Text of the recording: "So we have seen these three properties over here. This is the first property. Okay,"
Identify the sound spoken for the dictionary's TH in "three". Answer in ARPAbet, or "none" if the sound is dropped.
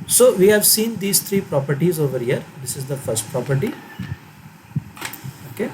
T